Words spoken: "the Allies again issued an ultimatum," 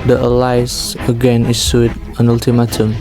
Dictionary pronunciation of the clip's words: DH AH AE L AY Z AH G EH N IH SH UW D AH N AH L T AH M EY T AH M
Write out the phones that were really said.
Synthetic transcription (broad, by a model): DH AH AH L AY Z AH G EH N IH S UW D AH N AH L T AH M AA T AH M